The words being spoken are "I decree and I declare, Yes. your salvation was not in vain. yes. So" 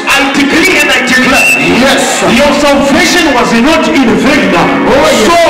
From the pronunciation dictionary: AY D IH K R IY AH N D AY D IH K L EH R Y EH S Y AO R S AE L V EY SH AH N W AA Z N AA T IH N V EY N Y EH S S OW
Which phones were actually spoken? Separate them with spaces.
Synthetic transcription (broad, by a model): AY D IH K L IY AH N D AY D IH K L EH Y EH S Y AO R S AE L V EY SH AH N W AA Z N AA T IH N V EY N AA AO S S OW